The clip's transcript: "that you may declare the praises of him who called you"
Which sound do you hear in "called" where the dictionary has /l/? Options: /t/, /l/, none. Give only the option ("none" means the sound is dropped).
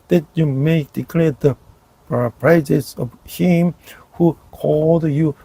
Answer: /l/